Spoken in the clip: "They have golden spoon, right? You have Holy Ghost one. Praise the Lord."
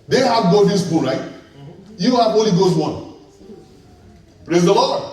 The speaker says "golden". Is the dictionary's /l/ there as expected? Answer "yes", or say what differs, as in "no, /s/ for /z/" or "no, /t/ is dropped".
no, /l/ is dropped